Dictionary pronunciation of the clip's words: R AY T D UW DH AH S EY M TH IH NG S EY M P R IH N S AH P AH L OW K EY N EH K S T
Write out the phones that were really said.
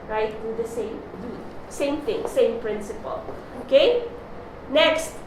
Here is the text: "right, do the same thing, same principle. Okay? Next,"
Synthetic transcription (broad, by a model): R AY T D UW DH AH S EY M S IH NG S EY M P R IH N S AH P AH L OW K EY N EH K S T